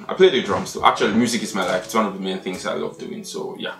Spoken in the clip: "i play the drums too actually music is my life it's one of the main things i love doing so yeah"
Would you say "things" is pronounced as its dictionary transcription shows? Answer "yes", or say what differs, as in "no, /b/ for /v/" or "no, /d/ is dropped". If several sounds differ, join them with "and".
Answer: yes